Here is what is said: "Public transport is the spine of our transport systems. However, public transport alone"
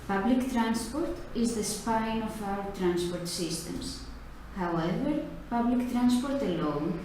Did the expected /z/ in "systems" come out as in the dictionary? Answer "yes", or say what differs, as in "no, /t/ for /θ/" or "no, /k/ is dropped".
no, /s/ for /z/